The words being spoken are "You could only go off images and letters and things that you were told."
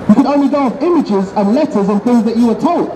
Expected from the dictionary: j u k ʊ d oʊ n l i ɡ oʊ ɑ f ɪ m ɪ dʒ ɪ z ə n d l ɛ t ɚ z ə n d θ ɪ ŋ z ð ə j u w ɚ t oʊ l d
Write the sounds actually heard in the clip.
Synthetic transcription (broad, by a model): j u k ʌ d oʊ n l i ɡ oʊ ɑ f ɪ m ɪ dʒ ɪ z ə n l ɛ t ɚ z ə n θ ɪ ŋ z ð ə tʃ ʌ w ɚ t oʊ l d